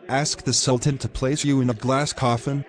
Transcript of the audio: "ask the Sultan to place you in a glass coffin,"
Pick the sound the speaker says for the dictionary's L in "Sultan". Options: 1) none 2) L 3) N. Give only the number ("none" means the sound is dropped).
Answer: 2